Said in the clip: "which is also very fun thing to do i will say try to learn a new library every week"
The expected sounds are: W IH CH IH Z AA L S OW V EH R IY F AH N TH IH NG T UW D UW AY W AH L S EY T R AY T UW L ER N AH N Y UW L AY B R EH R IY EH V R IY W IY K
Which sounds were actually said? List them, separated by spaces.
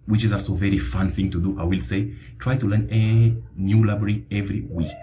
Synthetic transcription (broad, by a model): W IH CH IH Z AA L S OW V EH R IY F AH N TH IH NG T UW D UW AY W AH L S EY T R AY T UW L ER N AH N Y UW L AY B R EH R IY EH V R IY W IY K